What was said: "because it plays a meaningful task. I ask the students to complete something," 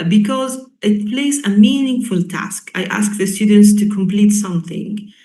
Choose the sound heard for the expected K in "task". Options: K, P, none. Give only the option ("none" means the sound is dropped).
K